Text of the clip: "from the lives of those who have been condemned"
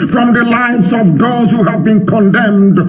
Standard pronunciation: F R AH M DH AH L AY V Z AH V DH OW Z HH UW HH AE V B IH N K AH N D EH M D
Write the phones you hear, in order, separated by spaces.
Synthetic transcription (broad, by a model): F R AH M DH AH L AY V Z AH V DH OW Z HH UW HH AE V B IH N K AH N D EH M D